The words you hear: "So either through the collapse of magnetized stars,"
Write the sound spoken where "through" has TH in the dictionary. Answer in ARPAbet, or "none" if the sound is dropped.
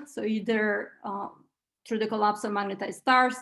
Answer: T